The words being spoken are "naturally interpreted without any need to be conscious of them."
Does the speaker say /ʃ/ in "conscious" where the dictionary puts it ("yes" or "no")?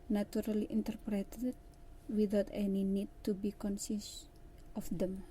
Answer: no